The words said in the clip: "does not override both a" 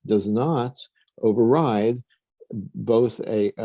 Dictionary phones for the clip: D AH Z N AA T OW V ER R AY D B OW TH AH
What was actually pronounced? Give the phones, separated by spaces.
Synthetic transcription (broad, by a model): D AH Z N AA T OW V ER R AY D B OW TH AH